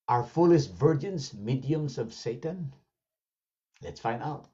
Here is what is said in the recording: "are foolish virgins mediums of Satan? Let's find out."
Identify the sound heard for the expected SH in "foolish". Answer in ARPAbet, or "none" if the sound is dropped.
S